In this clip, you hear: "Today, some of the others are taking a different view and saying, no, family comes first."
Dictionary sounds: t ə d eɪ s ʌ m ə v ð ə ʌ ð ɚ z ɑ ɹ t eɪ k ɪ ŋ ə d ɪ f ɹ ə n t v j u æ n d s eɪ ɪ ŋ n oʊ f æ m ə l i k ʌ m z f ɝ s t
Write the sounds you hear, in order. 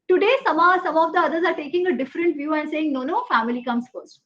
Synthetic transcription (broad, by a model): t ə d eɪ s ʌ m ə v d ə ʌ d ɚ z ɑ ɹ t eɪ k ɪ ŋ ə d ɪ f ɹ ə n t v j u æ n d s eɪ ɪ ŋ n oʊ f æ m ə l i k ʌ m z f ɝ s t